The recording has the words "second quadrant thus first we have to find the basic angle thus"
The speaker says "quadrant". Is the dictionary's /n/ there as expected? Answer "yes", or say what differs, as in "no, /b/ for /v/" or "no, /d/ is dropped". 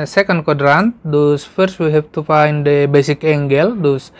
yes